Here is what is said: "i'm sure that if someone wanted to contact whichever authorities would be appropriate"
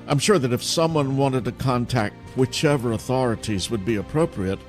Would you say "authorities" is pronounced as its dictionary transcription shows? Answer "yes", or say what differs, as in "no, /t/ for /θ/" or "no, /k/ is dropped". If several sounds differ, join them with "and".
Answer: yes